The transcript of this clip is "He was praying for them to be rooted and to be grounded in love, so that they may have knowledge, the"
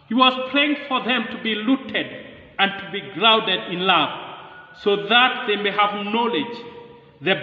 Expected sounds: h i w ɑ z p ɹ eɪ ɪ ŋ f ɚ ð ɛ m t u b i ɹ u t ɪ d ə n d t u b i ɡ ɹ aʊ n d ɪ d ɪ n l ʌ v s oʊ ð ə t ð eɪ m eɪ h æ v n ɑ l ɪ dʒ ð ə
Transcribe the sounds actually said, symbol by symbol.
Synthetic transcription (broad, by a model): h i w ɑ z p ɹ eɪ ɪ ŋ f ɚ ð ɛ m t u b i l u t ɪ d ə n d t u b i ɡ ɹ aʊ n d ɪ d ɪ n l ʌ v s oʊ ð ə t ð eɪ m eɪ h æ v n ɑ l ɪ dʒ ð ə